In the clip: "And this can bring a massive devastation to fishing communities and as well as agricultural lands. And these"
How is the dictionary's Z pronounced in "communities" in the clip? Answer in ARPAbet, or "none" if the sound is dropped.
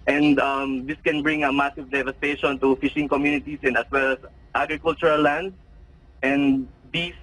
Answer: S